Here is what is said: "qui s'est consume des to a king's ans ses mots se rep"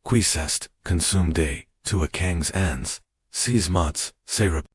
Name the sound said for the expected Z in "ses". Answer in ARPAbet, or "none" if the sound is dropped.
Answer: Z